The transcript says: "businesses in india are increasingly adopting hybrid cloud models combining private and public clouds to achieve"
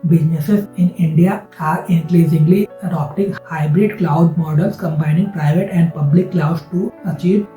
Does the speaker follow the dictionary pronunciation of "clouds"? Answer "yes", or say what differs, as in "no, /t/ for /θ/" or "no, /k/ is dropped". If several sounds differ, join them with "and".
no, /z/ is dropped